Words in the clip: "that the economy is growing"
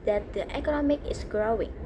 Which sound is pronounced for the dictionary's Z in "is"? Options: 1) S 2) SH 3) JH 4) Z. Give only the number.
1